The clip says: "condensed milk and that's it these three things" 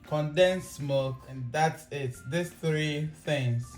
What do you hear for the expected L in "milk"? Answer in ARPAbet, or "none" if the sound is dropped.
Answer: none